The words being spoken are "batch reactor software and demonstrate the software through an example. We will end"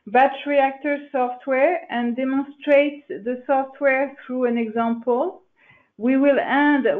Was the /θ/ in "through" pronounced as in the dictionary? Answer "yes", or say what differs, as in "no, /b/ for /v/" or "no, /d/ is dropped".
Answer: yes